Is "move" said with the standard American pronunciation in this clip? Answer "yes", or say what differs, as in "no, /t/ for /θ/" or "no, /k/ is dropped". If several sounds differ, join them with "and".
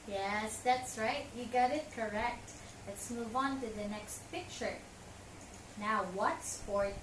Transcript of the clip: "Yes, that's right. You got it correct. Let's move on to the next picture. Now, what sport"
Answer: yes